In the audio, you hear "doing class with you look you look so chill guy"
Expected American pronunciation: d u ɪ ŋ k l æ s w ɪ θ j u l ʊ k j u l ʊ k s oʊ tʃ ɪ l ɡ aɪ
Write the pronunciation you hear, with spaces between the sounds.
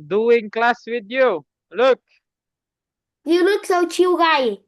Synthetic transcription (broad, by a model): d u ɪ ŋ k l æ s w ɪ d j u l ʊ k j u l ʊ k s oʊ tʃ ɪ w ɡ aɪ